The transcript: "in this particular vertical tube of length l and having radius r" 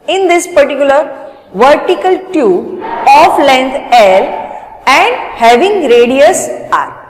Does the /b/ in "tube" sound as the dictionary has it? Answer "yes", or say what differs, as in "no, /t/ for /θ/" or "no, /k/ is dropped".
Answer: no, /b/ is dropped